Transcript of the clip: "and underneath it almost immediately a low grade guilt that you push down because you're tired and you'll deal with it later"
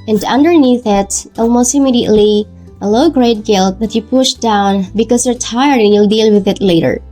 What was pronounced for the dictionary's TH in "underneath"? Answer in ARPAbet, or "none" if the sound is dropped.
TH